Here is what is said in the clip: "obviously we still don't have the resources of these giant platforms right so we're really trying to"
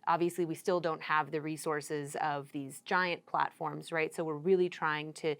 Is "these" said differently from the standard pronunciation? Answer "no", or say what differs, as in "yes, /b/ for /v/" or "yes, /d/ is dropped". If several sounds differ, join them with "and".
no